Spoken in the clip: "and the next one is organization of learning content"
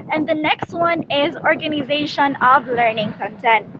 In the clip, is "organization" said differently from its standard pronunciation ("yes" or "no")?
no